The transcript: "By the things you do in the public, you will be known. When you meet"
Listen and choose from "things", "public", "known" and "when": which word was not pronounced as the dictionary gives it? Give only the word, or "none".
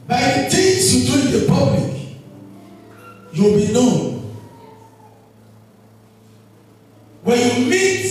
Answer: things